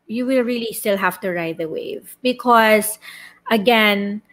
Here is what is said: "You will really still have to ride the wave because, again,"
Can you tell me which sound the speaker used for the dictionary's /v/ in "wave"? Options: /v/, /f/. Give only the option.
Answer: /v/